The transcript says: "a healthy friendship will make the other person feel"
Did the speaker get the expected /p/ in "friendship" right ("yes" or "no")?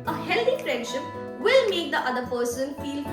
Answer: yes